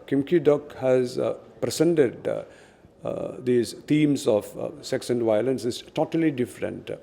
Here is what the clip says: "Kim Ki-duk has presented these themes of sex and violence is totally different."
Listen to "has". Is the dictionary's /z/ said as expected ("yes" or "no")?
yes